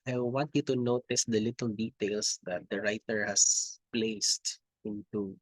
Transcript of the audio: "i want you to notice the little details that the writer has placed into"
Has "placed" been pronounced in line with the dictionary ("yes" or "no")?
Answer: yes